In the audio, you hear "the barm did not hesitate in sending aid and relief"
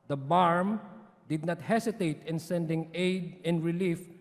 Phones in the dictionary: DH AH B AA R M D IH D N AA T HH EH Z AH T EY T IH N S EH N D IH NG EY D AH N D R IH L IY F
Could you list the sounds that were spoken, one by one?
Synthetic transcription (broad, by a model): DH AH B AA R M D IH D N AA T HH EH S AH T EY T IH N S EH N D IH NG EY D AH N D R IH L IY F